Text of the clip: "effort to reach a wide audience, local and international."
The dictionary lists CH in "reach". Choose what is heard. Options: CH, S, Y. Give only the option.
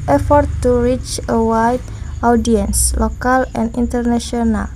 CH